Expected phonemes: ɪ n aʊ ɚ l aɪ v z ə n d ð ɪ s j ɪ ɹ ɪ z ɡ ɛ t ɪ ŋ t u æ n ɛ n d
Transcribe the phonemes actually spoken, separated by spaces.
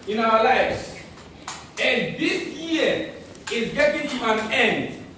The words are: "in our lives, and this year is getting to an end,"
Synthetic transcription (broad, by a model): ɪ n aʊ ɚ l aɪ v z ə n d ð ɪ s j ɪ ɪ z ɡ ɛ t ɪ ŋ t u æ n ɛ n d